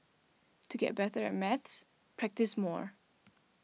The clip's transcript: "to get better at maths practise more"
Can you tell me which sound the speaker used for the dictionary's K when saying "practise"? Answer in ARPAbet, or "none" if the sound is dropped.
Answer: K